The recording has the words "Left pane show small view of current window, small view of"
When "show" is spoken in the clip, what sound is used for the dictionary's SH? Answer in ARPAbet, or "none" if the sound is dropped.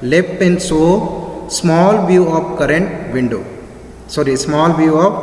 S